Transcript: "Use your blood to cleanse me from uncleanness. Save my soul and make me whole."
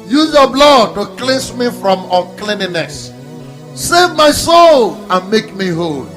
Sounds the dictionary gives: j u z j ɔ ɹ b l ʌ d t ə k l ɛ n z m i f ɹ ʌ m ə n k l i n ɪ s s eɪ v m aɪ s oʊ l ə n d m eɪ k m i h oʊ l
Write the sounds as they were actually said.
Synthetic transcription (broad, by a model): j u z j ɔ b l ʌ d t ə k l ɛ n s m i f ɹ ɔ m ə k l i n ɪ s s eɪ v m aɪ s oʊ l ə n m eɪ k m i h oʊ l